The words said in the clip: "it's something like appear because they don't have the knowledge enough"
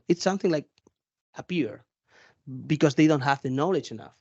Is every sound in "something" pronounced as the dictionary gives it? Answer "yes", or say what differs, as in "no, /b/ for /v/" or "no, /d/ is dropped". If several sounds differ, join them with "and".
yes